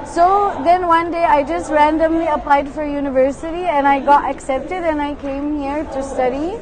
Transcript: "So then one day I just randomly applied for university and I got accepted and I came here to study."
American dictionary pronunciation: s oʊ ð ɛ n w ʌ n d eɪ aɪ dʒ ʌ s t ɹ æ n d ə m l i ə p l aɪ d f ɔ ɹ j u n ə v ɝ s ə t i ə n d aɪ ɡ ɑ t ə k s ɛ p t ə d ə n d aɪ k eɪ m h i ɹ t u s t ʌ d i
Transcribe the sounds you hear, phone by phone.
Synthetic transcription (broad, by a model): s oʊ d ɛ n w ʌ n d eɪ aɪ dʒ ʌ s t ɹ æ n d ə m l i ə p l aɪ d f ɔ ɹ j u n ə v ɝ s ə t i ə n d aɪ ɡ ɑ t ə k s ɛ p t ə d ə n aɪ k eɪ m h i ɹ t u s t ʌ d i